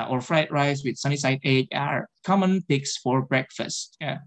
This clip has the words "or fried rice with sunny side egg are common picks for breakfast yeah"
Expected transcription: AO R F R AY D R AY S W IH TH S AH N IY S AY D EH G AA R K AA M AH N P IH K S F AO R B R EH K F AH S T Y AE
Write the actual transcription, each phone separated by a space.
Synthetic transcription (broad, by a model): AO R F R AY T R AY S W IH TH S AH N IY S AY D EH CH AA R K AA M AH N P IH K S F AO R B R EH K F AH S T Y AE